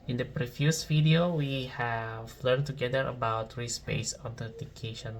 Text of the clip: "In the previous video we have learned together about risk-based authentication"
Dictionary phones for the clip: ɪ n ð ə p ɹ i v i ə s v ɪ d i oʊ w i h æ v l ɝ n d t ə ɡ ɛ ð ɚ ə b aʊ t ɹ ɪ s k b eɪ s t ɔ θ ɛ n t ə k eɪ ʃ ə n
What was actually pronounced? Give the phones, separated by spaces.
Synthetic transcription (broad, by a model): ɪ n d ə p ɹ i f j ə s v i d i oʊ w i h æ v l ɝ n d t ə ɡ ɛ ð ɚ ə b aʊ t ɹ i s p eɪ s ɔ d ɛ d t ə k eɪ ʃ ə n